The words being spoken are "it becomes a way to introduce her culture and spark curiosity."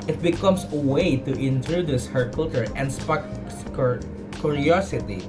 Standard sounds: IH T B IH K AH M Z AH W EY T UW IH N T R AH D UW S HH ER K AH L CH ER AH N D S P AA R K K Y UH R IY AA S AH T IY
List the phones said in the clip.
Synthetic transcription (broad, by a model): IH T B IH K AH M S AH W EY T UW IH N T R AH D UW S HH ER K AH L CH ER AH N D S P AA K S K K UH R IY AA S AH T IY